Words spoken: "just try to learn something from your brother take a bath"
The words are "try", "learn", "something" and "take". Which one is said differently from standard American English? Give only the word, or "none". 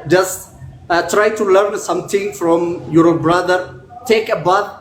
something